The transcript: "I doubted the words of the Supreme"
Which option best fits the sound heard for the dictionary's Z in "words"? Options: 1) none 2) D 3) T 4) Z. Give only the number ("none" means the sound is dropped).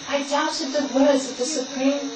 4